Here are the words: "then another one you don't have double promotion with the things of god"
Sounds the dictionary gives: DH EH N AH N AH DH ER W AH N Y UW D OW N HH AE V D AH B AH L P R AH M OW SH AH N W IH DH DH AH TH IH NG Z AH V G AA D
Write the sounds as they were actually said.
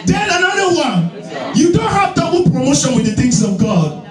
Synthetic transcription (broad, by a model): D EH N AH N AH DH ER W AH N Y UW D OW N HH AE V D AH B L P R AH M OW SH AH N W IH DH DH AH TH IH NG S AH V G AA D